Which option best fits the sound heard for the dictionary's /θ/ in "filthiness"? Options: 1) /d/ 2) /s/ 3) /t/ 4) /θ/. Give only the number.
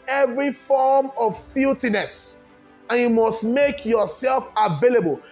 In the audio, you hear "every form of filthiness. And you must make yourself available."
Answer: 3